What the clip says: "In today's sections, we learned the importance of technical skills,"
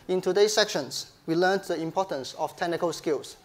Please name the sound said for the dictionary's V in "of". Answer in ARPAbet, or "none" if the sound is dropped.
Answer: F